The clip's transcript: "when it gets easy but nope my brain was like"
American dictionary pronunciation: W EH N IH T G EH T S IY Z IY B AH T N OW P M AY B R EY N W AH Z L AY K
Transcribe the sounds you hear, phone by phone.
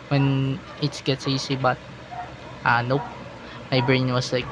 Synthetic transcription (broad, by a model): W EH N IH T G EH T S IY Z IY B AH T N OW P M AY B R EY N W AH S L AY K